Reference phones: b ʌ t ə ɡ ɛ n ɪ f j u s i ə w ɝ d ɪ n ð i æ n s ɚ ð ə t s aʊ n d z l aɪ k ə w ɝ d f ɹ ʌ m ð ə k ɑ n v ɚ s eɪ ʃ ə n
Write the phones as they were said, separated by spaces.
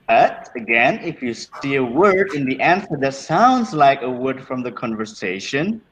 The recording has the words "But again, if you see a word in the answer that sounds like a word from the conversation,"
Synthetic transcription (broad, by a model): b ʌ t ə ɡ ɛ n ɪ f j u s i ə w ɝ d ɪ n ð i æ n s ɚ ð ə t s aʊ n d z l aɪ k ə w ɝ d f ɹ ʌ m ð ə k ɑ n v ɚ s eɪ ʃ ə n